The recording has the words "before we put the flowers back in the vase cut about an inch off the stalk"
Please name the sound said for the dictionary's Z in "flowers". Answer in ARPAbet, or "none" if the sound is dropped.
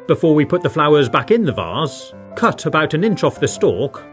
Z